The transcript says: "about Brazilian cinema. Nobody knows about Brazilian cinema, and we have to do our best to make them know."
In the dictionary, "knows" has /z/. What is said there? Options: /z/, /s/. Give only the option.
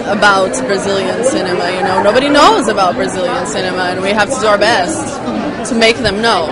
/z/